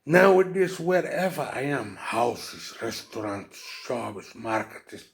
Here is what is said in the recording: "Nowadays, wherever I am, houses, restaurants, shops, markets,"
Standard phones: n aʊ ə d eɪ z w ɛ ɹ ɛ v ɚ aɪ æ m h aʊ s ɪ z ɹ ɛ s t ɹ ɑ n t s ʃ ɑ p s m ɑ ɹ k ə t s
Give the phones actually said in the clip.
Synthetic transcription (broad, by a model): n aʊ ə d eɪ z w ɛ ɹ ɛ v ɚ aɪ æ m h aʊ s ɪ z ɹ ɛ s t ɹ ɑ n t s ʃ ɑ b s m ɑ ɹ k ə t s